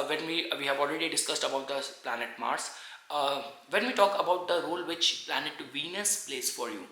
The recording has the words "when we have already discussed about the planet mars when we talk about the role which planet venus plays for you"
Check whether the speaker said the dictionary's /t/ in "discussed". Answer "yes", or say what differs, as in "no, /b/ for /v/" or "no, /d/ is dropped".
yes